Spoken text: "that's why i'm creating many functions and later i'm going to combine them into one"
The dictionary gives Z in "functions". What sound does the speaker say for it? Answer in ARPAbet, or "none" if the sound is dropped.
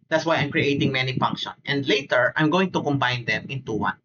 none